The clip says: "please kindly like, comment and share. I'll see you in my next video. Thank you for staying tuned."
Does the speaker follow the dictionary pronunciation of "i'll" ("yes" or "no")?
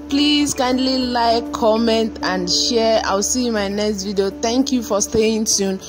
no